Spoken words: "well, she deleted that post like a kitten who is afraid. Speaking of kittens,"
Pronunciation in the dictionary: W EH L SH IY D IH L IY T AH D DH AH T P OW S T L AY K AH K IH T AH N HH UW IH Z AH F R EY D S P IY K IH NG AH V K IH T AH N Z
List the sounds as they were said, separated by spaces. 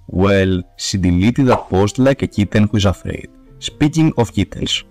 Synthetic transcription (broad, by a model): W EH L S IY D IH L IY T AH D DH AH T P OW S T L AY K AH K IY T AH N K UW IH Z AH F R EY D S P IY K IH NG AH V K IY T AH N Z